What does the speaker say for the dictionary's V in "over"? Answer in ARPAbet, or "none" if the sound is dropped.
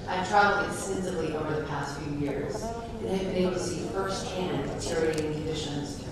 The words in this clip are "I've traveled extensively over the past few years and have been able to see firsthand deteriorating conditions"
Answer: V